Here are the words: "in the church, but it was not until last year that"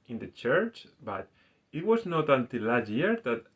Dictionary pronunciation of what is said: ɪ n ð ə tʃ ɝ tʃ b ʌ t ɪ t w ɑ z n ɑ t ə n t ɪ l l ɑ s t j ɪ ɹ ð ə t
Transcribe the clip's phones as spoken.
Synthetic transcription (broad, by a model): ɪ n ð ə tʃ ɝ tʃ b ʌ t ɪ t w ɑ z n ɑ t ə n t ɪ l l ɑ t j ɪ ɹ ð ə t